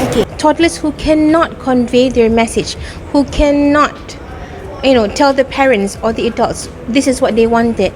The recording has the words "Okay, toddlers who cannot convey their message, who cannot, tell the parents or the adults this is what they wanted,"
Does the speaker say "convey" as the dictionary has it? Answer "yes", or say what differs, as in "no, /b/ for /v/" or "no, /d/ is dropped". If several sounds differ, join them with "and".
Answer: yes